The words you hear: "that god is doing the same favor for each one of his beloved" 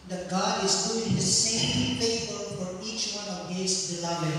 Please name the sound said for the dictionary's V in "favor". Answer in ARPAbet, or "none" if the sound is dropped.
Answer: P